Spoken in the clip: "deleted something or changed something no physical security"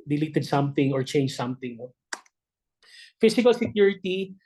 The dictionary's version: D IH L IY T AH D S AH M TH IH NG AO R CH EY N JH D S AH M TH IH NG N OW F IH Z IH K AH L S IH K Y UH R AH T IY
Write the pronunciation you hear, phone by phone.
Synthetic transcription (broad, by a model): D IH L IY T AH D S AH M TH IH NG AO R CH EY N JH S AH M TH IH NG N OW F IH S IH K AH L S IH K Y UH R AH T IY